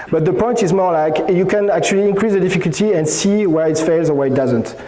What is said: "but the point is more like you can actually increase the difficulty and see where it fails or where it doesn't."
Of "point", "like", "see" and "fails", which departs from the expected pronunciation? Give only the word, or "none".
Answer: none